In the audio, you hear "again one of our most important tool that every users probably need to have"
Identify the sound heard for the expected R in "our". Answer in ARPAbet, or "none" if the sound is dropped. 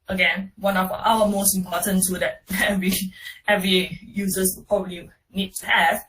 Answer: L